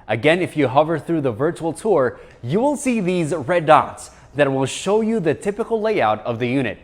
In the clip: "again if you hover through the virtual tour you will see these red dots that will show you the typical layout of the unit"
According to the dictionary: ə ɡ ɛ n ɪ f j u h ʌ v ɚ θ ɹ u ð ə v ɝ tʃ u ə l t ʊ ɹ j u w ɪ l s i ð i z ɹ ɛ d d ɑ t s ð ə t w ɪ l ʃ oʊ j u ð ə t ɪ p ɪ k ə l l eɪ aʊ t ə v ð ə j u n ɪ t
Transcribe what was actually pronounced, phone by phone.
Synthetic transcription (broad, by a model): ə ɡ ɛ n ɪ f j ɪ h ʌ v ɚ θ ɹ u ð ə v ɝ tʃ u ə l t ʊ ɹ j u w ɪ l s i ð i z ɹ ɛ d d ɑ t s ð ə t w ɪ l ʃ oʊ j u ð ə t ɪ p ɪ k l l eɪ aʊ t ə v ð ə j u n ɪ t